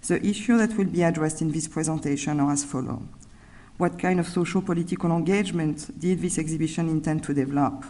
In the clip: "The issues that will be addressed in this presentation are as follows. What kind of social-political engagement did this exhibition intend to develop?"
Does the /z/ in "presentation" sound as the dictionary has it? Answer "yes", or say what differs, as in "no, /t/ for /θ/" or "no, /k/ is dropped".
yes